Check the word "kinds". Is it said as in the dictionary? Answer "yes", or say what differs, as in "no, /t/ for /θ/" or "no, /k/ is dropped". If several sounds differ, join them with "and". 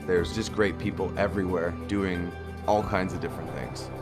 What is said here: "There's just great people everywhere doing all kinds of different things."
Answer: yes